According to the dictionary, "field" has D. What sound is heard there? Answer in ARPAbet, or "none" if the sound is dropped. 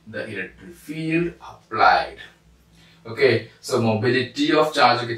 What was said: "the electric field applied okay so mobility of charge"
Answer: D